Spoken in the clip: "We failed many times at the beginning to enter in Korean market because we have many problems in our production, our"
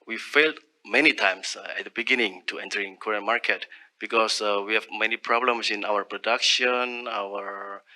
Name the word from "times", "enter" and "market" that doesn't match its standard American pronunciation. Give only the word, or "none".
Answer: times